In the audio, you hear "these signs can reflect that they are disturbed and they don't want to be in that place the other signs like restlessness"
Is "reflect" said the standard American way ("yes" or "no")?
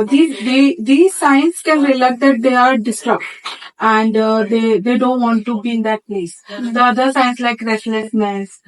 no